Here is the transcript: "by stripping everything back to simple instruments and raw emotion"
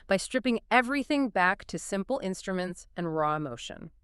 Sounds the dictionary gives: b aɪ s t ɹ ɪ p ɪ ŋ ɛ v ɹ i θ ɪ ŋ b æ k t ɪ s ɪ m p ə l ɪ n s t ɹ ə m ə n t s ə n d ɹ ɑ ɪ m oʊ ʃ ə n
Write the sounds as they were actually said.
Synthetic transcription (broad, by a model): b aɪ s t ɹ ɪ p ɪ ŋ ɛ v ɹ i θ ɪ ŋ b æ k t ɪ s ɪ m p l ɪ n s t ɹ ə m ə n t s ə n ɹ ɑ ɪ m oʊ ʃ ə n